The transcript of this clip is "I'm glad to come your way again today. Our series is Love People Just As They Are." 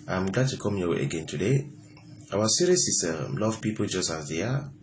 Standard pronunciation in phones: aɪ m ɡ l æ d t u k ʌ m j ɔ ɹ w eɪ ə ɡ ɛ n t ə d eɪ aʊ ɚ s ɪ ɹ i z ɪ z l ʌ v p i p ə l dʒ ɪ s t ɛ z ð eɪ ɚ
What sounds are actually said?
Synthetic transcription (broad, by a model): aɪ m ɡ l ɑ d t u k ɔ m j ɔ w eɪ ə ɡ ɛ n t ə d eɪ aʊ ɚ s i ɹ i s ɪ s l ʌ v p i p ə l dʒ ɪ s t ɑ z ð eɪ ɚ